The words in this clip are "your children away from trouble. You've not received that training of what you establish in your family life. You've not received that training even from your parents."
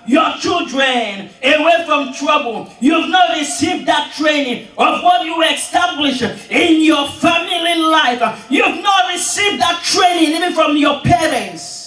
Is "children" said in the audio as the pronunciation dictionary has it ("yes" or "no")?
yes